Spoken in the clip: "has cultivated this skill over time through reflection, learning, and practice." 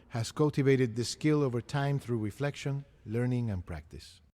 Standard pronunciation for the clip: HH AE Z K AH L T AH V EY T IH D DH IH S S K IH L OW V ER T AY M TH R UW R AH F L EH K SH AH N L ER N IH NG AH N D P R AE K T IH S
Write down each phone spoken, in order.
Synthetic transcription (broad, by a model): HH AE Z K AH L T AH V EY T IH D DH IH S S K IH L OW V ER T AY M TH R UW R AH F L EH K SH AH N L ER N IH NG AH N P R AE K T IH S